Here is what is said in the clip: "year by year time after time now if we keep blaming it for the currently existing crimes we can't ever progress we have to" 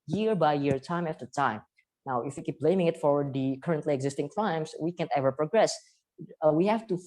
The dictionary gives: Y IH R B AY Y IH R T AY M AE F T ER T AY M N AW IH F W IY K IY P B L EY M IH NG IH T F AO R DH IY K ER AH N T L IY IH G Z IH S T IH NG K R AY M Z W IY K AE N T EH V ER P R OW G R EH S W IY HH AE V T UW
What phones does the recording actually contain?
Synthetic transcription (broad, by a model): Y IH R B AY Y IH R T AY M AE F T ER T AY M N AW IH F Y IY K IY P B L EY M IH NG IH T F AO R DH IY K ER AH N T L IY IH G Z IH S T IH NG K L AY M S W IY K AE N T EH V ER P R OW G R EH S W IY HH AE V T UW